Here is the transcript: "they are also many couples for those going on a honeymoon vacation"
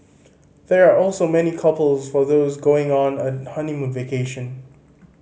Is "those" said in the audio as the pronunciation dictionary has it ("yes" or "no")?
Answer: yes